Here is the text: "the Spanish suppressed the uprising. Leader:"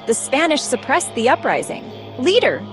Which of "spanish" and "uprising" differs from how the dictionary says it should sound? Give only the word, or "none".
none